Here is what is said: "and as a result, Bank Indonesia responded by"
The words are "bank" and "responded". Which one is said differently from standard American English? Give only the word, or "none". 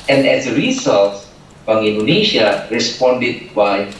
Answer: bank